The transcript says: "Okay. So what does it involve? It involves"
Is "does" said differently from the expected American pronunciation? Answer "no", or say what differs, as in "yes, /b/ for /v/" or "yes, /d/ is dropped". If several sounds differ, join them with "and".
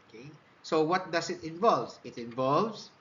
yes, /s/ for /z/